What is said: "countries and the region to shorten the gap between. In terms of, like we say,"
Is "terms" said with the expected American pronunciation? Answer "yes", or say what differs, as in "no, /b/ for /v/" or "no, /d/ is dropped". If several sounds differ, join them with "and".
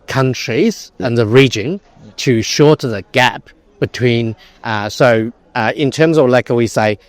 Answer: yes